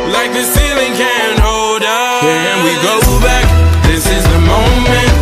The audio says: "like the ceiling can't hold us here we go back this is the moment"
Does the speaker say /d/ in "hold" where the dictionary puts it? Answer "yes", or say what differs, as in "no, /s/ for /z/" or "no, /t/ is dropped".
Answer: yes